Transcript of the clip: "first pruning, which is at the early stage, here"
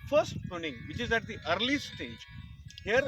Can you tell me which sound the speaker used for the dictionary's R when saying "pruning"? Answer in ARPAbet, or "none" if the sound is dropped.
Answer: none